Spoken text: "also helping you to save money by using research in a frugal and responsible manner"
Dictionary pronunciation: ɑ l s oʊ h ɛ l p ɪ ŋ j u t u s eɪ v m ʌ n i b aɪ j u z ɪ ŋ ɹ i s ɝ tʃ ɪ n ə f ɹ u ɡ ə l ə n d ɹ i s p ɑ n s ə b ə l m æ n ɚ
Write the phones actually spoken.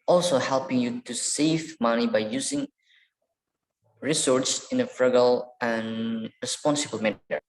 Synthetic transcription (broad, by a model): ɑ l s oʊ h ɛ l p ɪ ŋ j u t u s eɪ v m ʌ n i b aɪ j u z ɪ ŋ ɹ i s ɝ s ɪ n ə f ɹ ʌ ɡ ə l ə n ɹ i s p ɑ n s ə b ə l m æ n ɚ